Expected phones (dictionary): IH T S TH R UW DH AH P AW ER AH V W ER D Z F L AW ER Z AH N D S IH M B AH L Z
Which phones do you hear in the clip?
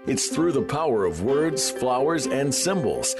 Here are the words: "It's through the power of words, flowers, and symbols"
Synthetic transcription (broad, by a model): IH T S TH R UW DH AH P AW ER AH V W ER D Z F L AW ER Z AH N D S IH M B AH L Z